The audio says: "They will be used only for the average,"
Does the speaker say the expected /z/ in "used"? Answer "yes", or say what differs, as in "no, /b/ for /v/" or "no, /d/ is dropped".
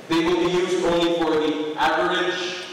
yes